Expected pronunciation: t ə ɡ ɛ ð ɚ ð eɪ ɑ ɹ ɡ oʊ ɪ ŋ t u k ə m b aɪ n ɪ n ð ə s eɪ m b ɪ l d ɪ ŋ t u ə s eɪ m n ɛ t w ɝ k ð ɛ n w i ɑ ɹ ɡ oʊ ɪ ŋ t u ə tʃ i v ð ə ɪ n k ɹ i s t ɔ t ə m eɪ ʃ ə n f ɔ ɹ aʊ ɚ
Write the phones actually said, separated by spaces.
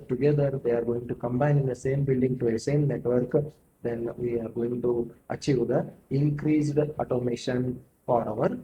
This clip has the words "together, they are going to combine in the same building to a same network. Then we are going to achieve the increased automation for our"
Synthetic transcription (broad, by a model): t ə ɡ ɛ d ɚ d eɪ ɑ ɹ ɡ oʊ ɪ ŋ t u k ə m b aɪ n ɪ n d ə s eɪ m b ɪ l d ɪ ŋ t u ə s eɪ m n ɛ t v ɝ k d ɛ n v i ɑ ɹ ɡ oʊ ɪ ŋ t u ə tʃ i v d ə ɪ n k ɹ i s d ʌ t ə m eɪ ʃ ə n f ɔ ɹ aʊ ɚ